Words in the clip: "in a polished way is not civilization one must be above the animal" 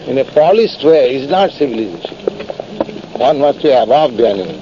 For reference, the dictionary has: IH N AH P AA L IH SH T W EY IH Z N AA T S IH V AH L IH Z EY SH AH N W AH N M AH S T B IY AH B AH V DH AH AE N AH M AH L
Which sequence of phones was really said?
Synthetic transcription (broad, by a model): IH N AH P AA L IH S T W EY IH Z N AA T S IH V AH L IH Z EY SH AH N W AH N M AH S T B IY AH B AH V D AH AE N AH